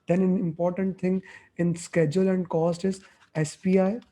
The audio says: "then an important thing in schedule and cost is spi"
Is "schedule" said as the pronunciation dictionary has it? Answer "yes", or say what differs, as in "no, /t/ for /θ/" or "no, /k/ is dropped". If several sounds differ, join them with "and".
yes